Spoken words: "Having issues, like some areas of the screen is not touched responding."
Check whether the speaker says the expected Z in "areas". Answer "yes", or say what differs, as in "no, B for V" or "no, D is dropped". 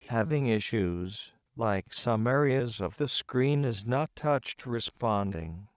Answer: yes